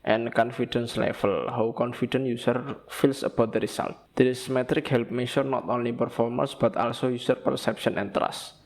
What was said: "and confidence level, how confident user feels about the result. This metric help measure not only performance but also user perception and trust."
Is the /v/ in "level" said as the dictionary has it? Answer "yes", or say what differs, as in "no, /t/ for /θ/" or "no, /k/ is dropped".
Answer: no, /f/ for /v/